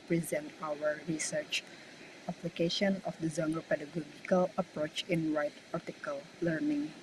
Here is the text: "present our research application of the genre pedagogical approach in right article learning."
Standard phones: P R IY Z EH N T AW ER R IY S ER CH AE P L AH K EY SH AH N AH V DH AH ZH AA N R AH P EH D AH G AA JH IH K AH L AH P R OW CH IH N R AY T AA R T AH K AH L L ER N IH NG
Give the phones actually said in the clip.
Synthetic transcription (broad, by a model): P R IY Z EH N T AW ER R IY S ER CH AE P L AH K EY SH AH N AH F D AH Z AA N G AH P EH D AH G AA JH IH K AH L AH P R OW CH IH N R AY T AA R T AH K AH L L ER N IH NG